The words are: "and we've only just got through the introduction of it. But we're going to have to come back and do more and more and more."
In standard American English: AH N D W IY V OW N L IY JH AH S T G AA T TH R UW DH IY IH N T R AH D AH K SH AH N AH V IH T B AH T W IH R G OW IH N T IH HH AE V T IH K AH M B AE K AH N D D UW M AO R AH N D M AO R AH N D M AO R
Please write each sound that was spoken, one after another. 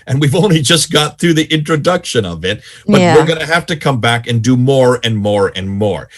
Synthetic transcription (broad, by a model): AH N W IY V OW N L IY JH AH S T G AA T TH R UW DH IY IH N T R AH D AH K SH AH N AH V IH T B AH T W IH R G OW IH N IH HH AE F T IH K AH M B AE K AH N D D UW M AO R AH N M AO R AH N M AO R